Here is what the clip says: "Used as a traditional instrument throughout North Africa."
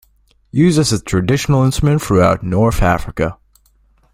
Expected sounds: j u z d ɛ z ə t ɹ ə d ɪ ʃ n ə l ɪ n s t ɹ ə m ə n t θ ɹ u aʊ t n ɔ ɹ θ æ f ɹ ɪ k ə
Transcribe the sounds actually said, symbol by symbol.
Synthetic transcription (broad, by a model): j u z ʌ s ə t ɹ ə d ɪ ʃ n l ɪ n s t ɹ ə m ə n t θ ɹ u aʊ t n ɔ ɹ θ æ f ɹ ɪ k ə